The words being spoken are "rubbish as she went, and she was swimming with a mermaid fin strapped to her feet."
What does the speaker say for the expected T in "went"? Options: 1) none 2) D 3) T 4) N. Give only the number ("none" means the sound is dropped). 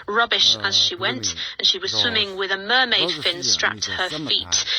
3